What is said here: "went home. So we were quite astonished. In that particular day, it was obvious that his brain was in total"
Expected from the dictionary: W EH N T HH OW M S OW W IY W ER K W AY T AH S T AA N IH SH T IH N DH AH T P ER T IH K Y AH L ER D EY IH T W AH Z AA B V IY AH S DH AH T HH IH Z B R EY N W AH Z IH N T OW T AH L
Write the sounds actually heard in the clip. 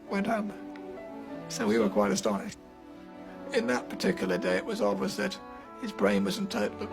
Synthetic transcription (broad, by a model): W EH N T HH OW M S OW W IY W ER K W AY T AH S T AA N IH SH T IH N DH AH T P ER T IH K Y L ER D EY IH T W AH Z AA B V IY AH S DH AH T HH IH Z B R EY N W AH Z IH N T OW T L